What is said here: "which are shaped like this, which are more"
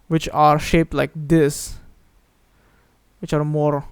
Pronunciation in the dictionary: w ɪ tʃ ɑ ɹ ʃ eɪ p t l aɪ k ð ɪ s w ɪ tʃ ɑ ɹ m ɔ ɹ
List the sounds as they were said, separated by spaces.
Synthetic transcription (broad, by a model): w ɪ tʃ ɑ ɹ ʃ eɪ p t l aɪ k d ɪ s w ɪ tʃ ɑ ɹ m ɔ ɹ